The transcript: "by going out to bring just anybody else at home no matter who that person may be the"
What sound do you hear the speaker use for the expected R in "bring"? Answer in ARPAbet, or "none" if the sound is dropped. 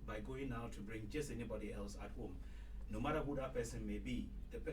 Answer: R